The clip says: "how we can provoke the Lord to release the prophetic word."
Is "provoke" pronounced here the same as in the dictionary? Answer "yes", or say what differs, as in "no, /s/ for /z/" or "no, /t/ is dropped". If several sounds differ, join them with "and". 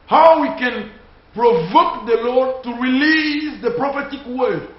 yes